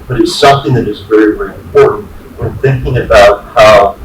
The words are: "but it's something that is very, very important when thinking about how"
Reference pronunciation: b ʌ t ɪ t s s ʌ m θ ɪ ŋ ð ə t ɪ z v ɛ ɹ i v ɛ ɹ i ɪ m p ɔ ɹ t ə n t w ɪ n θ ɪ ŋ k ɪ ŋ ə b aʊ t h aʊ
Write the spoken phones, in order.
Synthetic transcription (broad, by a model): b ʌ t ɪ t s s ʌ m θ ɪ ŋ ð ə t ɪ z v ɛ ɹ i v ɛ ɹ i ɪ m p ɔ ɹ t n t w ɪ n θ ɪ ŋ k ɪ ŋ ə b aʊ t h aʊ